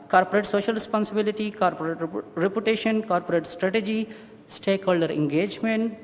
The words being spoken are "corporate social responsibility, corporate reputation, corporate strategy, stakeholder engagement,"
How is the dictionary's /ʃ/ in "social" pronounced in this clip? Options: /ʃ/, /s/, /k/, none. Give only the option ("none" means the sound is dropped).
/ʃ/